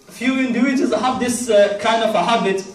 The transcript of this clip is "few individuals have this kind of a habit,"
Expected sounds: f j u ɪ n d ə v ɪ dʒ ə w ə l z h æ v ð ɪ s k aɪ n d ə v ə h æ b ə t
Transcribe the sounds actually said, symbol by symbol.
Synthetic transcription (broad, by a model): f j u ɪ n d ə ɪ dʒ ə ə z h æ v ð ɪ s k aɪ n d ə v ə h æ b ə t